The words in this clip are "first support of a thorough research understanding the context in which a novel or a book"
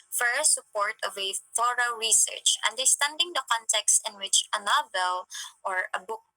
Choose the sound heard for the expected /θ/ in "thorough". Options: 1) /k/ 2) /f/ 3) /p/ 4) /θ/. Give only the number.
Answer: 2